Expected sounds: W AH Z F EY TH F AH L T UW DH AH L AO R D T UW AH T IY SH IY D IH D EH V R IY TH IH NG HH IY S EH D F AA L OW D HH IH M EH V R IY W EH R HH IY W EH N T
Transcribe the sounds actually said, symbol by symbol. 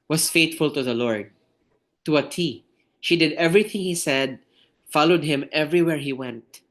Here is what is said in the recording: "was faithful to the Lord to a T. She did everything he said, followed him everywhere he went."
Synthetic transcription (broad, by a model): W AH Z F EY T F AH L T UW DH AH L AO R D T UW AH T IY SH IY D IH D EH V R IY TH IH NG HH IY S EH D F AA L OW D HH IH M EH V R IY W EH R HH IY W EH N T